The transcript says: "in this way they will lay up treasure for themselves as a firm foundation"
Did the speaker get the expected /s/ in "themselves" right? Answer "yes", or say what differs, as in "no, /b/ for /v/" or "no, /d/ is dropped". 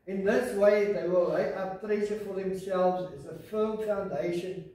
yes